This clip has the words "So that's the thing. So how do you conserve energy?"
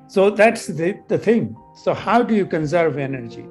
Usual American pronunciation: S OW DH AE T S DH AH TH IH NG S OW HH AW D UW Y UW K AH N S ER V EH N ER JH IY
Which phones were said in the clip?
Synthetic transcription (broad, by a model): S OW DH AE T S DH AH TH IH NG S OW HH AW D UW Y UW K AH N S ER V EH N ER JH IY